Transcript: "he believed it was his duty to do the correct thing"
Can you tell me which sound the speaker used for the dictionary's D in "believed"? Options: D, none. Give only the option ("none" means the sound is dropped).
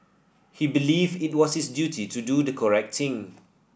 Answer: none